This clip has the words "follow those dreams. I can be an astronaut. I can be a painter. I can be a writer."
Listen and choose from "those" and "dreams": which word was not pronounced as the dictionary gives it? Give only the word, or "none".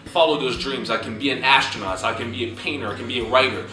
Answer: none